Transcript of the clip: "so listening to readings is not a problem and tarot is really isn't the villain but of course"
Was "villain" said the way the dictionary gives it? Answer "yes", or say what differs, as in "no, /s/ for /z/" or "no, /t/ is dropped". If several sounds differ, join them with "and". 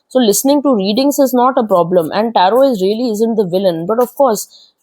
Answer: yes